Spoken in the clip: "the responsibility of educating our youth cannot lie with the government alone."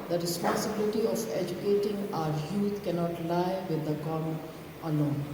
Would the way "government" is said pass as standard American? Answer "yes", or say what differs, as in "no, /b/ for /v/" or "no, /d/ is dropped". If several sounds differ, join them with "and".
no, /t/ is dropped